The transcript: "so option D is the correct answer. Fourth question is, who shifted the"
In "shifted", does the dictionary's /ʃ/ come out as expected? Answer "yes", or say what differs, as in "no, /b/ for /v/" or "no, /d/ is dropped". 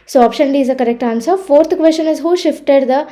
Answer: yes